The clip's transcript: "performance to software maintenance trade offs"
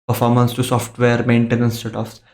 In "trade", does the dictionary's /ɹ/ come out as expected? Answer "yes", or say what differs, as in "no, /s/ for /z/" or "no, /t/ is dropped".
no, /ɹ/ is dropped